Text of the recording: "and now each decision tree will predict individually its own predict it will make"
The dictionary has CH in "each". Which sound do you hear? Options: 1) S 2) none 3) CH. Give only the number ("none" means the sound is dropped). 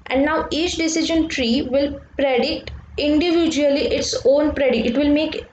3